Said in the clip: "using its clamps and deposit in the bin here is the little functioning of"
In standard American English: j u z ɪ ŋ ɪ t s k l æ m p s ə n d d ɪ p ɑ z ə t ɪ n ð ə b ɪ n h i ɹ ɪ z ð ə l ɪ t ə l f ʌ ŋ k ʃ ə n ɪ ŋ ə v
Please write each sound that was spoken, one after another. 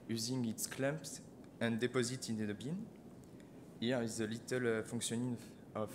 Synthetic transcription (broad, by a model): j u z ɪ ŋ ɪ t s k l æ m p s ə n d d ɪ p ɑ z ə t ɪ n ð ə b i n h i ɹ ɪ z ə l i t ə l f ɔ ŋ k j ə n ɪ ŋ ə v